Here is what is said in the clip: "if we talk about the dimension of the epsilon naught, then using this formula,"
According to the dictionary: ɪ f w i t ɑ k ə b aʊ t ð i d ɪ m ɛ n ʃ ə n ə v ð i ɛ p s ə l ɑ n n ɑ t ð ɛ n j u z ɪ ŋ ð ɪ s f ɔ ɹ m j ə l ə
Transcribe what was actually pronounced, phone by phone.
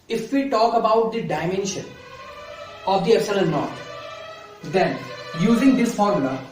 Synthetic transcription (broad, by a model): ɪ f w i t ɑ k ə b aʊ t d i d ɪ m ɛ n ʃ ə n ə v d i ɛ s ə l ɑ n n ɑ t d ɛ n j u z ɪ ŋ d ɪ s f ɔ ɹ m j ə l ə